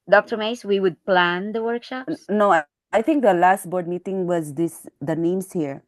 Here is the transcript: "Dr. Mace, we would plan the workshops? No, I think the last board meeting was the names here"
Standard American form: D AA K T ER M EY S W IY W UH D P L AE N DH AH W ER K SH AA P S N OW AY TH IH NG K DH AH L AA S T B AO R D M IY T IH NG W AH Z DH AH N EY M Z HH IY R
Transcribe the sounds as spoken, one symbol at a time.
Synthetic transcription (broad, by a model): D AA K T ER M EY S W IY W UH D P L AE N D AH W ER K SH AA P S N OW AY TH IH NG K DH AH L AA S T B AO R D M IY T IH NG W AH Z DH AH N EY M S HH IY R